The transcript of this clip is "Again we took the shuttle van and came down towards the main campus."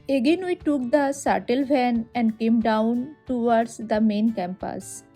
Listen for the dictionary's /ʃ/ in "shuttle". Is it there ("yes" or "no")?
no